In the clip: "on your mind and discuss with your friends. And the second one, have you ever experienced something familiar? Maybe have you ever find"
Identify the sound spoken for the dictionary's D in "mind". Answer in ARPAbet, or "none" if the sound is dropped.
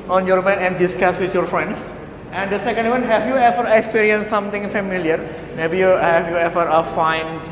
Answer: none